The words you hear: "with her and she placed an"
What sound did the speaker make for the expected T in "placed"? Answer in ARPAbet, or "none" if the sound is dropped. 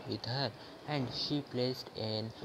T